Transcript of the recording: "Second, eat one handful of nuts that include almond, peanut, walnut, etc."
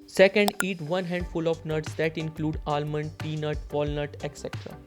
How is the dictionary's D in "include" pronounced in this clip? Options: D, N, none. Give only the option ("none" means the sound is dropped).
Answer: D